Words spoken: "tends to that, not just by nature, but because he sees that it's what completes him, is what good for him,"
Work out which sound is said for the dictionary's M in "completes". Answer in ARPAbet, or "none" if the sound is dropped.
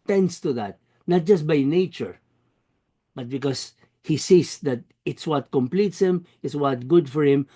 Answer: M